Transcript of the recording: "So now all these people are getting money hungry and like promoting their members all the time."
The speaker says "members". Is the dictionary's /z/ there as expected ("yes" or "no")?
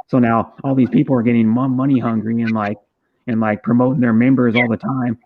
yes